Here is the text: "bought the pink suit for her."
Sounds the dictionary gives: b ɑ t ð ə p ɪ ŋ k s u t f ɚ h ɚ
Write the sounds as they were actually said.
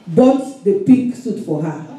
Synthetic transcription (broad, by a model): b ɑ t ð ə p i k s u t f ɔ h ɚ